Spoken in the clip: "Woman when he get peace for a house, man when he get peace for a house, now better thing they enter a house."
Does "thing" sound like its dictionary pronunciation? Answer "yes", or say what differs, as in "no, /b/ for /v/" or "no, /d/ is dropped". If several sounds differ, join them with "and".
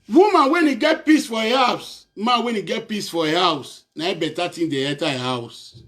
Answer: no, /t/ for /θ/